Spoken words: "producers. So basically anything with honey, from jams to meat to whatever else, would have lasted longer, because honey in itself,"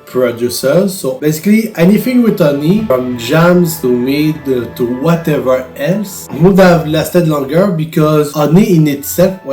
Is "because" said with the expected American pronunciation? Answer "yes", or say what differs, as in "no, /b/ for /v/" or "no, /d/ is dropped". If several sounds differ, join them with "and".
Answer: yes